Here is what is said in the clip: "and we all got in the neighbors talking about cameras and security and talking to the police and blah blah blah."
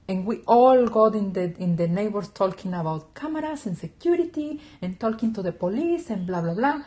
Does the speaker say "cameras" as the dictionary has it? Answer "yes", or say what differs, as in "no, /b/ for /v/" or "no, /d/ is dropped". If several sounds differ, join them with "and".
no, /s/ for /z/